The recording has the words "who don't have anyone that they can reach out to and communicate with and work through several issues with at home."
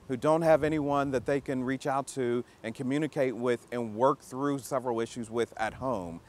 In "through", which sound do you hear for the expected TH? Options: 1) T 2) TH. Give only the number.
2